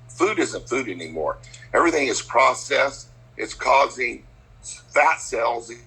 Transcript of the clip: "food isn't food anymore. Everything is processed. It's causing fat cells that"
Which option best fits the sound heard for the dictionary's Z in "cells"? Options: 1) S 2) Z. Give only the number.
2